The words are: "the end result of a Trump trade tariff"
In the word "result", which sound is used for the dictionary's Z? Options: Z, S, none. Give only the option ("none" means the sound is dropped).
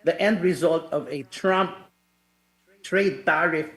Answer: Z